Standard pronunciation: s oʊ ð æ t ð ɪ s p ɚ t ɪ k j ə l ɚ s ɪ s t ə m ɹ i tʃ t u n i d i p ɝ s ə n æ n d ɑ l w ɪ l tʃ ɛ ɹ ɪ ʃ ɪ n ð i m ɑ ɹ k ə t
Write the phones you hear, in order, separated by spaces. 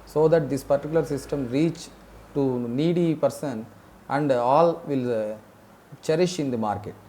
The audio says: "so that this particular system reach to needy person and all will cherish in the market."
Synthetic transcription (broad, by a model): s oʊ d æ t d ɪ s p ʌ t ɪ k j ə l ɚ s ɪ s t ə m ɹ i tʃ t u n i d i p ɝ s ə n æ n d ɑ l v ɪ l tʃ ɛ ɹ ɪ ʃ ɪ n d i m ɑ ɹ k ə t